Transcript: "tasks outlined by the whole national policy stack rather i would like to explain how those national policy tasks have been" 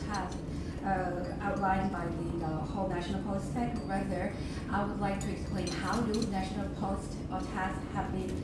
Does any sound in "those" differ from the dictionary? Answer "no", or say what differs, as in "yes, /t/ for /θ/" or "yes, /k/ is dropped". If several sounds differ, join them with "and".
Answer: yes, /z/ is dropped